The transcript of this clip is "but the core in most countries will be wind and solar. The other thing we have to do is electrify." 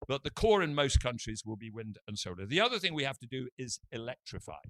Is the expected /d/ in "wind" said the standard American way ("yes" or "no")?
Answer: yes